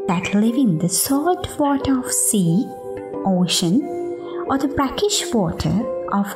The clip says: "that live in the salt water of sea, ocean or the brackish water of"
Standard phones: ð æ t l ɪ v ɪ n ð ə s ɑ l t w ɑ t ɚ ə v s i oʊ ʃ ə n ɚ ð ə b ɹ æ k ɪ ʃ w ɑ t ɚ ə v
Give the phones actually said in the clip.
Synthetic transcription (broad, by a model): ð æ t l ɪ v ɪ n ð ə s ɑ t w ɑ t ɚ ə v s i oʊ ʃ ə n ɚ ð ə b ɹ æ k ɪ ʃ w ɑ t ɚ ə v